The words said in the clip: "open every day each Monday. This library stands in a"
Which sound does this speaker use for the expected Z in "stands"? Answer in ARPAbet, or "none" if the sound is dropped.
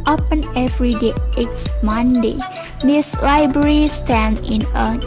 none